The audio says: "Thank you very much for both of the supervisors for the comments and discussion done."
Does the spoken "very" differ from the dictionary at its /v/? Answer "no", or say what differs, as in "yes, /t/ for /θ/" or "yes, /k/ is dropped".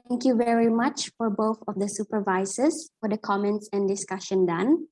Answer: no